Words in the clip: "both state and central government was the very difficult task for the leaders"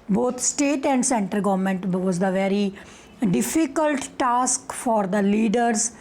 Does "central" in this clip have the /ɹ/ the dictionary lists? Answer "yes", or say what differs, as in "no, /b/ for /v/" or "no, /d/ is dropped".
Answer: no, /ɹ/ is dropped